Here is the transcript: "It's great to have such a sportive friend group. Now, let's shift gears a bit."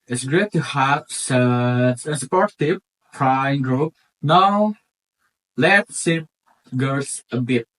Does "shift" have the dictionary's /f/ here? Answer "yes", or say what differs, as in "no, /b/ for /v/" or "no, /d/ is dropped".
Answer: no, /f/ is dropped